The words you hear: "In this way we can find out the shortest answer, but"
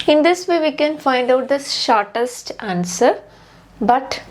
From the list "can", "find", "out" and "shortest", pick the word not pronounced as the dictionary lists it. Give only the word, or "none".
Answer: none